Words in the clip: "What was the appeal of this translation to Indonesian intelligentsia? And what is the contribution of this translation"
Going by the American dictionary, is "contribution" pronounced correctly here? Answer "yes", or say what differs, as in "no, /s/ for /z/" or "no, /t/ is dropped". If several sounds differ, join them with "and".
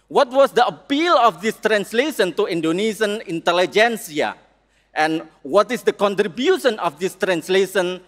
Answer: yes